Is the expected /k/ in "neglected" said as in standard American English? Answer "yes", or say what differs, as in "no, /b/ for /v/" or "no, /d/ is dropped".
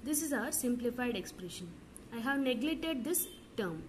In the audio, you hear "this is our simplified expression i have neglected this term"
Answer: no, /k/ is dropped